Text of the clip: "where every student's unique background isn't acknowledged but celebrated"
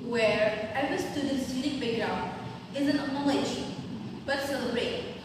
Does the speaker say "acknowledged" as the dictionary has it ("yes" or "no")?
no